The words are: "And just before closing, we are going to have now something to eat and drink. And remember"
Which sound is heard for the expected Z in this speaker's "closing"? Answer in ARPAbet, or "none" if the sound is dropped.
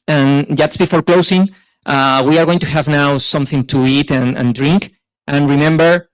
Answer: S